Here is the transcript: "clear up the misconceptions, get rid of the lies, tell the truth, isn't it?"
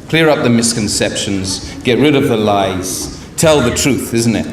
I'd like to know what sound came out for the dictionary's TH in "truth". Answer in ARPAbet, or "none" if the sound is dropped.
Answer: TH